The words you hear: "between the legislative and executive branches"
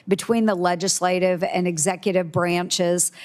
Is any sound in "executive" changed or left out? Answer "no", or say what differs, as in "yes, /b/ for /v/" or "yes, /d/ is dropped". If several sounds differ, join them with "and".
no